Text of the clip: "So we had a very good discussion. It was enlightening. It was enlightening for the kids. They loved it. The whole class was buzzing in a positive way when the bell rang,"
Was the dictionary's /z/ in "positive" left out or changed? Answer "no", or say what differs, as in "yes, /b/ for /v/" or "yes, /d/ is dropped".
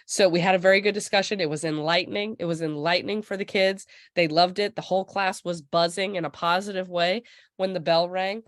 no